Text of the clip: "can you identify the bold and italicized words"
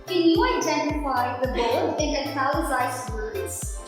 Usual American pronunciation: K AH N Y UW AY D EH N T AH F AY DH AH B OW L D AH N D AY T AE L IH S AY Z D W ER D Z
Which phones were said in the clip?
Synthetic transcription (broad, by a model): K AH N Y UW AY D EH N T AH F AY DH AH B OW D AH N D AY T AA IH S AY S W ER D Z